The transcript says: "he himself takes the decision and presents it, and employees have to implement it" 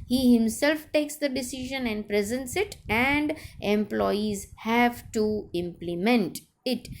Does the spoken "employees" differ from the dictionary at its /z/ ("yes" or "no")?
no